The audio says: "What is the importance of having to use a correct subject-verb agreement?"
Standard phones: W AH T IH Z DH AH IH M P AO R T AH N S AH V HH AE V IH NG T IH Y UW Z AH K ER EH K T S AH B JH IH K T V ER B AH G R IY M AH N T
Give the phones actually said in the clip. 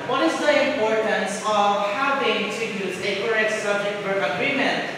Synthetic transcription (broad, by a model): W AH T IH Z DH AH IH M P AO R T AH N S AH V HH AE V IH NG T IH Y UW Z AH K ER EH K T S AH B JH IH K T W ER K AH G R IY M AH N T